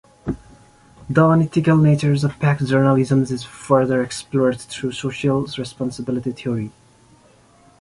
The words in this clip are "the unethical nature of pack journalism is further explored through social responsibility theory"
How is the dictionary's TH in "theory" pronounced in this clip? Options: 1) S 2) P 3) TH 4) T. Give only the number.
4